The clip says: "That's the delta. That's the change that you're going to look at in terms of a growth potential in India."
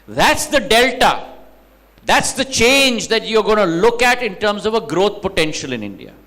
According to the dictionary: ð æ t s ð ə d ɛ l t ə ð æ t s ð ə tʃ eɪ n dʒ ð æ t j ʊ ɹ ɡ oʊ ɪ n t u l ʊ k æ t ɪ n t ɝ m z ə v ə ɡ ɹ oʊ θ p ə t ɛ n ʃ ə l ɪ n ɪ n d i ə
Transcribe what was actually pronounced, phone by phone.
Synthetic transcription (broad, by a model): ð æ t s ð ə d ɛ l t ə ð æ t s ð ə tʃ eɪ n dʒ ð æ t j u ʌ ɡ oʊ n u l ʊ k æ t ɪ n t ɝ m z ə v ə ɡ ɹ oʊ t p ə t ɛ n ʃ ə l ɪ n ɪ n d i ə